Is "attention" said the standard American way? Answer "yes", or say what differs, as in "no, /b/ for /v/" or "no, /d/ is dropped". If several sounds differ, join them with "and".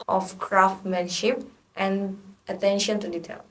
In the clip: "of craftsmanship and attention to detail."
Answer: yes